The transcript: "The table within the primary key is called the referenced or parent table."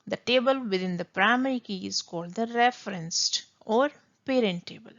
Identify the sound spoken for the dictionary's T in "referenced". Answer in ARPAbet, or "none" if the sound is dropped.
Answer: T